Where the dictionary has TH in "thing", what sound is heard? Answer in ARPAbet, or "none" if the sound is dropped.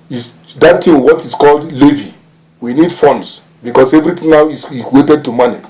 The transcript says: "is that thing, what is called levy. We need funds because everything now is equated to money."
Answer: T